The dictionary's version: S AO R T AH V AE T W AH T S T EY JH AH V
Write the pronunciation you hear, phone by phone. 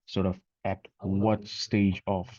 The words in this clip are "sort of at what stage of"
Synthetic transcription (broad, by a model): S AO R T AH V AE T W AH T S T EY JH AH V